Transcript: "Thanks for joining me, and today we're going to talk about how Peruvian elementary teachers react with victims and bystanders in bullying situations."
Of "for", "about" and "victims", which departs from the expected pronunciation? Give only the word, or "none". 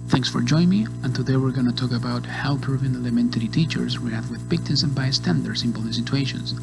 victims